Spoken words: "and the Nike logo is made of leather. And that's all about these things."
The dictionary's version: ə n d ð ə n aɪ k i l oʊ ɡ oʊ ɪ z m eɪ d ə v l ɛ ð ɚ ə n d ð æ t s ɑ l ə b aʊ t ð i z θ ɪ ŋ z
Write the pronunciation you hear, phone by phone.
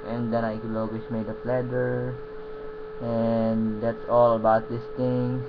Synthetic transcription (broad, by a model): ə n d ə n aɪ k i l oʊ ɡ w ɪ s m eɪ d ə p l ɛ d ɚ ə n d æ t s ɑ l ə b aʊ t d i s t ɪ ŋ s